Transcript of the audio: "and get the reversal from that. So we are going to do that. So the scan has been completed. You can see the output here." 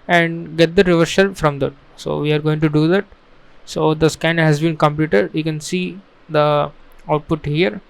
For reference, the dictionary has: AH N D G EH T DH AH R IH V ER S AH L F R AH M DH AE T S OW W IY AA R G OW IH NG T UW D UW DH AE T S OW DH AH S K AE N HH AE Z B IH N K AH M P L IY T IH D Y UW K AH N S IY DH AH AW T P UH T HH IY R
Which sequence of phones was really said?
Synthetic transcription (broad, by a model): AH N D G EH T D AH R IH V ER SH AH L F R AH M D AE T S OW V IY AA R G OW IH NG T UW D UW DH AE T S OW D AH S K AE N HH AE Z B IH N K AH M P L IY T IH D Y UW K AH N S IY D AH AW T P UH T HH IY R